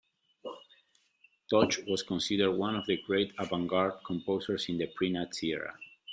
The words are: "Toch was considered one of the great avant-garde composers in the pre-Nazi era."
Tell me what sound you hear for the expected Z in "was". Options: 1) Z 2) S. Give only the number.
2